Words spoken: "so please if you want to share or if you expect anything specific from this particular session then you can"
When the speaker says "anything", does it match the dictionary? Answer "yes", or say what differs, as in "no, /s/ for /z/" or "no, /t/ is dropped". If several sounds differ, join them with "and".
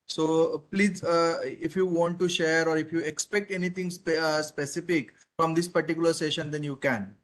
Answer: no, /t/ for /θ/